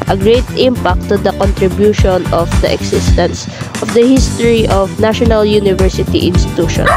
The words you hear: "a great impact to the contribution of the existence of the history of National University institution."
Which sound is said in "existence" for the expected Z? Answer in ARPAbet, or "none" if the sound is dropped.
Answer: S